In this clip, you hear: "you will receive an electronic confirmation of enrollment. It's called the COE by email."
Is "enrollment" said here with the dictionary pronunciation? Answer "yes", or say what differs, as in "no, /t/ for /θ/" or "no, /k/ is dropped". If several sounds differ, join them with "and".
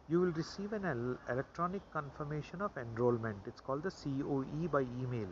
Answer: yes